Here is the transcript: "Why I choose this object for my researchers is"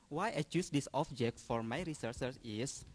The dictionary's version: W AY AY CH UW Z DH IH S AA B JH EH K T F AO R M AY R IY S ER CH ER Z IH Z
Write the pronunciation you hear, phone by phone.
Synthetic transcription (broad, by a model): W AY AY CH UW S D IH S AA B JH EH K T F AO R M AY R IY S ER S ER S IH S